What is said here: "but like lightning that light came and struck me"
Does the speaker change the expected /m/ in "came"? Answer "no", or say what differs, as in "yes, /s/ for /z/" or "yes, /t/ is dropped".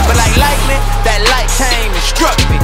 yes, /m/ is dropped